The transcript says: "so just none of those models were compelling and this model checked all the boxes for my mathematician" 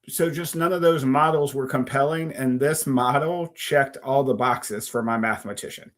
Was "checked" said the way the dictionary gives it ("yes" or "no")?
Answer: yes